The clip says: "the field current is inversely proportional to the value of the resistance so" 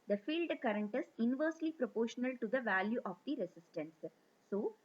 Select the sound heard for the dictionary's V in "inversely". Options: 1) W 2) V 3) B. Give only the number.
2